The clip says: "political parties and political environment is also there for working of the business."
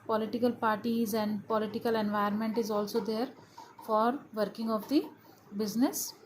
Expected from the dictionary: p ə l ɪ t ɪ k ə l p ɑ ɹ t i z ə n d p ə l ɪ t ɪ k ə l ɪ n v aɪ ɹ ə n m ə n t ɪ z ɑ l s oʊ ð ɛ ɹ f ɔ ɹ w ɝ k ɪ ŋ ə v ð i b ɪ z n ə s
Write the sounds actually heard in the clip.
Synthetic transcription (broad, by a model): p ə l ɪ t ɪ k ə l p ɑ ɹ t i z ə n d p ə l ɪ t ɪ k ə l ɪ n v aɪ ə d m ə n t ɪ z ɑ l s oʊ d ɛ ɹ f ɔ ɹ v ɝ k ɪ ŋ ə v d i b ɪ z n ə s